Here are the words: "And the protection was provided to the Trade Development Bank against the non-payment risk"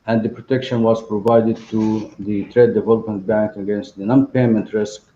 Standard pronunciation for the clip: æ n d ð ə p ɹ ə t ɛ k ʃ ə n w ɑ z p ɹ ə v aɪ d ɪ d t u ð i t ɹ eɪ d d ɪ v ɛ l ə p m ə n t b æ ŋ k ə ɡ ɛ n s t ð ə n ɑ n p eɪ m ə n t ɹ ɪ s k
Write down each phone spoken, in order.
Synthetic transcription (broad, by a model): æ n d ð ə p ɹ ə t ɛ k ʃ ə n w ɑ z p ɹ ə v aɪ d ɪ d t u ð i t ɹ eɪ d d ɪ v ɛ l ə p m ə n t b æ ŋ k ə ɡ ɛ n s t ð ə n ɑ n p eɪ m ə n t ɹ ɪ s k